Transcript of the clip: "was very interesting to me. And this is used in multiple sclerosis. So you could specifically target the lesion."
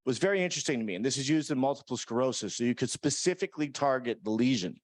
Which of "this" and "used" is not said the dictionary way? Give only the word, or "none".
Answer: none